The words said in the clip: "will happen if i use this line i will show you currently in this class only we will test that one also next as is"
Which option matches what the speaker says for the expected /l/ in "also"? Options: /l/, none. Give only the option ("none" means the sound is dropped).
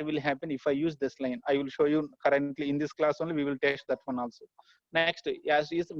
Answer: /l/